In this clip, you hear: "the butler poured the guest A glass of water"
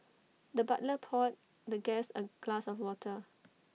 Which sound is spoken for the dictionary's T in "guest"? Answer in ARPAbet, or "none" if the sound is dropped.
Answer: none